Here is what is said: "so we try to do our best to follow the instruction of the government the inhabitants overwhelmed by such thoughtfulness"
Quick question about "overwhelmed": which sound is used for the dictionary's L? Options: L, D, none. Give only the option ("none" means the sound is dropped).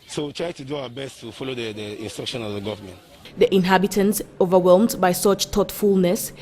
L